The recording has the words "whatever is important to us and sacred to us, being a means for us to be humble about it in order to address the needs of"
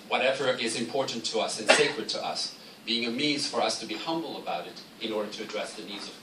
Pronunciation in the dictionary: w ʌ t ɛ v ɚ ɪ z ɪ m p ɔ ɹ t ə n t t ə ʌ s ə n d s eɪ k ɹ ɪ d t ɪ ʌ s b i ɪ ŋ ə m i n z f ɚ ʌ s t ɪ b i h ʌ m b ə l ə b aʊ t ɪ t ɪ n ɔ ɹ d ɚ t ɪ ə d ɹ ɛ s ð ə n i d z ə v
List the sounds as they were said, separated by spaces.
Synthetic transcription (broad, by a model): w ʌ t ɛ v ɚ ɪ z ɪ m p ɔ ɹ t n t t ə ʌ s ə n s eɪ k ɹ ɪ d t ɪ ʌ s b i ɪ ŋ ə m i z f ɚ ʌ s t ɪ b i h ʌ m b l ə b aʊ t ɪ t ɪ n ɔ ɹ d ɚ t ɪ ə d ɹ ɛ s ð ə n i d z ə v